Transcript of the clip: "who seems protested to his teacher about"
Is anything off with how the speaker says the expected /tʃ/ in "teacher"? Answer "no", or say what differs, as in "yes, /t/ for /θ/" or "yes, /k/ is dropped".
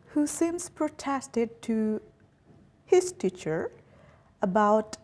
no